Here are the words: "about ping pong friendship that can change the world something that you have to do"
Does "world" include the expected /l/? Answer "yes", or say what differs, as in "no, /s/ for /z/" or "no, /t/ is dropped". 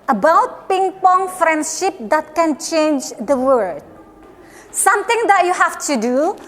no, /l/ is dropped